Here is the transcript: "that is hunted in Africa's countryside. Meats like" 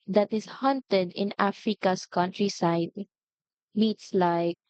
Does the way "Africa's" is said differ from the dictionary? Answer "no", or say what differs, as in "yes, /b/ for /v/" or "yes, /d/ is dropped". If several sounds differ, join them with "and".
yes, /s/ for /z/